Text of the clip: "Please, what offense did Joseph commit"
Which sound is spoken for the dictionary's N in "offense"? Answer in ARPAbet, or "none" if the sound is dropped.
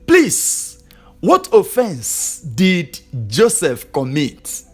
N